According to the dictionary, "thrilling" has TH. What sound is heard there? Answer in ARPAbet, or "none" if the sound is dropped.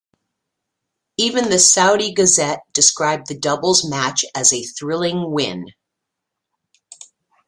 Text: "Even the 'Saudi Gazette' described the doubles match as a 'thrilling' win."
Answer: TH